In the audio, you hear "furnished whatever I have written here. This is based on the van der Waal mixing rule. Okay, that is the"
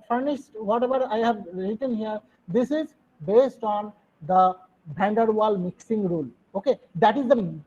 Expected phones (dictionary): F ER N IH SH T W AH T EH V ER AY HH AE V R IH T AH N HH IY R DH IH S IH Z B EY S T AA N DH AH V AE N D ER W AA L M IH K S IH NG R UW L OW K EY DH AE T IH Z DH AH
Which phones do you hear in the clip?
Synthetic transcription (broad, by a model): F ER N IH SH T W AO T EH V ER AY HH AE V R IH T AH N HH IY R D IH S IH Z B EY S T AA N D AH B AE N D ER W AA L M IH K S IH NG R UW L OW K EY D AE T IH Z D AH